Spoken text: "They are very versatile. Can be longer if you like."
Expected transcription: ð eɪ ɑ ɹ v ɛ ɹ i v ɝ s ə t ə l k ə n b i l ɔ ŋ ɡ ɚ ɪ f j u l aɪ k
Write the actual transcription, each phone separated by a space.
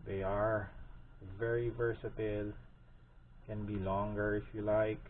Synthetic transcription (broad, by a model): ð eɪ ɑ ɹ v ɛ ɹ i v ɝ s ə t ə l k ə n b i l ɔ ŋ ɡ ɚ ɪ f j u l aɪ k